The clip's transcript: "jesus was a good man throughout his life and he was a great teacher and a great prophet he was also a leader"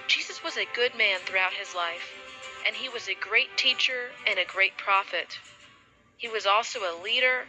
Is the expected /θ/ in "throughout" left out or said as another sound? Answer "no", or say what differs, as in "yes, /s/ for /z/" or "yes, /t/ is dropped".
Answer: no